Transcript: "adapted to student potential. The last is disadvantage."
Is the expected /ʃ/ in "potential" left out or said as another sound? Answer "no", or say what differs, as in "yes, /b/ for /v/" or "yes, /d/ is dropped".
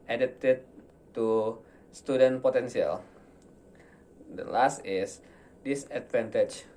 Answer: yes, /s/ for /ʃ/